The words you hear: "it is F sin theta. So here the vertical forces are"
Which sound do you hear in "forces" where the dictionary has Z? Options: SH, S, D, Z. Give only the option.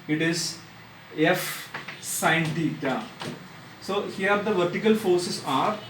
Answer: S